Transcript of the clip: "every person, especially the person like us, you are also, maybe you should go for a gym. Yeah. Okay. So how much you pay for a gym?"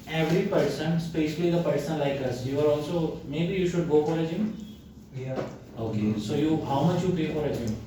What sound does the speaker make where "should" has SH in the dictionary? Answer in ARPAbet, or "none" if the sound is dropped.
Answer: SH